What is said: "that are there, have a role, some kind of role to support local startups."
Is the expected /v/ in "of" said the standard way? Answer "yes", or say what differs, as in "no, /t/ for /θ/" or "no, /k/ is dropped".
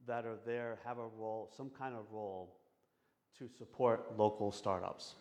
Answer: yes